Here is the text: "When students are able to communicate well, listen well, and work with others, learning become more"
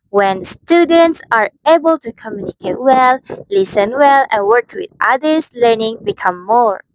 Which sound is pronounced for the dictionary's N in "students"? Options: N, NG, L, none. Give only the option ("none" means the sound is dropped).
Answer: N